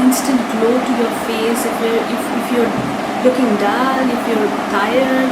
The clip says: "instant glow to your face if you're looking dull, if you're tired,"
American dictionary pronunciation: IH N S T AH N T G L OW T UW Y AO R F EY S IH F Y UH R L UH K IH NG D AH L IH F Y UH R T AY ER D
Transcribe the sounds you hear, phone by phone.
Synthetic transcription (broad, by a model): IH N S T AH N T G L OW T UW Y AO R F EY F IH F Y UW R L UH K IH NG D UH N IH F Y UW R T AY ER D